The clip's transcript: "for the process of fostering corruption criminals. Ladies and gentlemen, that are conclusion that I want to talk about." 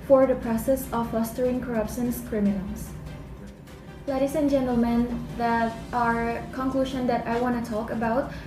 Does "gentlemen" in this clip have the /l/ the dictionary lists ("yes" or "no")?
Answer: yes